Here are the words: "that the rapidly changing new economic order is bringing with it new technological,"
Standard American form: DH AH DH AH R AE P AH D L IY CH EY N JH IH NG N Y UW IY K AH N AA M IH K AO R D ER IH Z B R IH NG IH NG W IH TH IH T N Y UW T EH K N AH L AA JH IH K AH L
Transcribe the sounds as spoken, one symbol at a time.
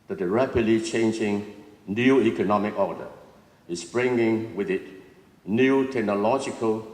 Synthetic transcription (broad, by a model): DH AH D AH R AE P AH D L IY CH EY N JH IH NG N Y UW IY K AH N AA M IH K AO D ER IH S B R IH NG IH NG W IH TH IH T N Y UW T EH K N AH L AA JH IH K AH L